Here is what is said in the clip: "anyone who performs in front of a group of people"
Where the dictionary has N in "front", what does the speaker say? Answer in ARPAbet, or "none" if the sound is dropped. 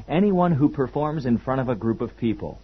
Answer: none